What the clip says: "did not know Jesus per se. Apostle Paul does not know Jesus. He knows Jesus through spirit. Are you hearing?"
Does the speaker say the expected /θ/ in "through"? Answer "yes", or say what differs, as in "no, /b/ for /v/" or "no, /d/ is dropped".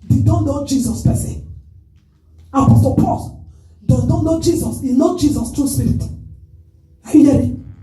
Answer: no, /t/ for /θ/